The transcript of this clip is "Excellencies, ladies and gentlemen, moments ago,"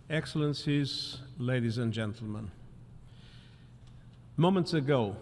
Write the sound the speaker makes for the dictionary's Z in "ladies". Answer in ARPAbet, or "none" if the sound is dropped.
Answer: Z